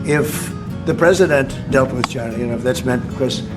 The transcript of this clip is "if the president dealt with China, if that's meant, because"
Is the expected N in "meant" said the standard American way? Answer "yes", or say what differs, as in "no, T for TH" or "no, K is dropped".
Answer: yes